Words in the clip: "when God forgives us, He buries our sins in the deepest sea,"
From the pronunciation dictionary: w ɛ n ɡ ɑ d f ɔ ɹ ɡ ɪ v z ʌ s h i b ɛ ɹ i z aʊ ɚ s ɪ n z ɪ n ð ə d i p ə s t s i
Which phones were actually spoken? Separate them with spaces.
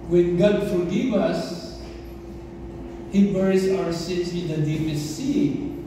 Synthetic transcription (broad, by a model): w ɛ n ɡ ɑ d f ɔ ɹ ɡ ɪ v ʌ s h i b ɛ ɹ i s aʊ ɚ s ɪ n s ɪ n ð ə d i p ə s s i